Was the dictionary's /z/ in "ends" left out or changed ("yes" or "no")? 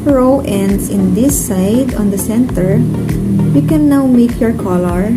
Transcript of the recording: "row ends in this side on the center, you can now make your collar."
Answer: yes